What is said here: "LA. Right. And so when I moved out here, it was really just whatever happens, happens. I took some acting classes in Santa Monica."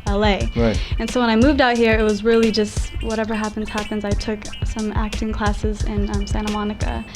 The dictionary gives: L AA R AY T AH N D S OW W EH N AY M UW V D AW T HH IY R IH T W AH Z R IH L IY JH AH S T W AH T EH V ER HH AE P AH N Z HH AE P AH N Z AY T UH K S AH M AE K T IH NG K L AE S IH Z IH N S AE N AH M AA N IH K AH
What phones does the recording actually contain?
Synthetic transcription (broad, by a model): L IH R AY T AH N S OW W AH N AY M UW V D AW T HH IY R IH T W AH Z R IH L IY JH AH S T W AH T EH V ER HH AE P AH N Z HH AE P AH N Z AY T UH K S AH M AE K T IH NG K L AE S IH Z IH N S AE N AH M AA N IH K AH